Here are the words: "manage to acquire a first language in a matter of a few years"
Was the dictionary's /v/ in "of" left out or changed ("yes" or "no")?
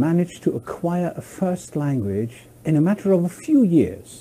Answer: no